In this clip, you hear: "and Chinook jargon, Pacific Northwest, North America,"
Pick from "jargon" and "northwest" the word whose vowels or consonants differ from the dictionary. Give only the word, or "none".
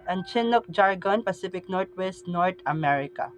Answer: northwest